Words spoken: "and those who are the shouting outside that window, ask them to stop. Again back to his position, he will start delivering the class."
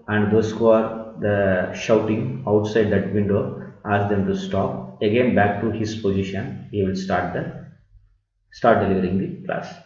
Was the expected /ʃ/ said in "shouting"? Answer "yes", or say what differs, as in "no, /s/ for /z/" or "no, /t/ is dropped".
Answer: yes